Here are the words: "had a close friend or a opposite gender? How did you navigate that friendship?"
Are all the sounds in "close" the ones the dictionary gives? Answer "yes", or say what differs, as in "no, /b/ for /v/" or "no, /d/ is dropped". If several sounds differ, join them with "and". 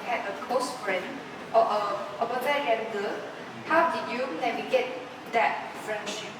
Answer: no, /l/ is dropped